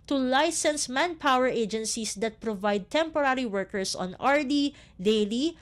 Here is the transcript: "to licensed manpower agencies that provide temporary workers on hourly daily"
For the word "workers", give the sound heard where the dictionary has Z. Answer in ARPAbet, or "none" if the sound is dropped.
S